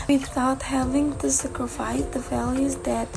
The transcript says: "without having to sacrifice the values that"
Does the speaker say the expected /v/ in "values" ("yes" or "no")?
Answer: no